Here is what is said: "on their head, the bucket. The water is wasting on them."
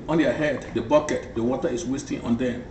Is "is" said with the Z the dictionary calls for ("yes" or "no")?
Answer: no